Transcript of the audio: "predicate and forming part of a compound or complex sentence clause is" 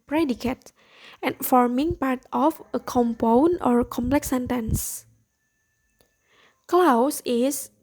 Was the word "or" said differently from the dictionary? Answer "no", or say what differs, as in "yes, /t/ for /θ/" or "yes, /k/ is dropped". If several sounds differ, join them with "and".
no